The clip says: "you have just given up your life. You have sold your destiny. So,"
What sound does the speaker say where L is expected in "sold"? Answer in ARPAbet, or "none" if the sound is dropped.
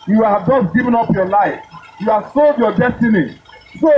L